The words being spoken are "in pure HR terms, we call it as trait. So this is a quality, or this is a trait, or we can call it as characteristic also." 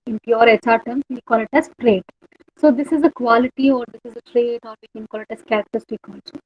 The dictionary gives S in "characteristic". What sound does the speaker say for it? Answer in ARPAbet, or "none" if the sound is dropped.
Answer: none